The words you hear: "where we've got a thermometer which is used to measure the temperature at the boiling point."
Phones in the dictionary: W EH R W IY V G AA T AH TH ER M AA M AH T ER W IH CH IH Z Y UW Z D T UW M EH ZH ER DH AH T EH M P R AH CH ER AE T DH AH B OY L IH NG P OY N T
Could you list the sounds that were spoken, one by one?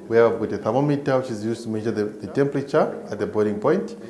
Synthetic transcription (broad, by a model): W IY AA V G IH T AH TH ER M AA M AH T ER W IH CH IH Z Y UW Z T UW M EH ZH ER DH AH T EH M P R AH CH ER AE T DH AH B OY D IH NG P OY N T